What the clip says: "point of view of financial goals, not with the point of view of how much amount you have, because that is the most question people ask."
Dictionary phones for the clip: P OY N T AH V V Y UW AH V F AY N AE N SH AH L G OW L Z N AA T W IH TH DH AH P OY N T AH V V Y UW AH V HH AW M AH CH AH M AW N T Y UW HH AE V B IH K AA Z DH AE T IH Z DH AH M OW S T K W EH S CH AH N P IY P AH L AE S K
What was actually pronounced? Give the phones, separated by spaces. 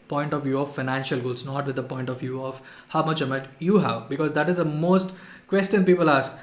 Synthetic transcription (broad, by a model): P OY N T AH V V Y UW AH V F AY N AE N SH AH L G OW L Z N AA T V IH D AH P OY N T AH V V Y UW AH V HH AW M AH CH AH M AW T Y UW HH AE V B IH K AA Z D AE T IH Z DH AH M OW S T K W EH S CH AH N P IY P AH L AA S K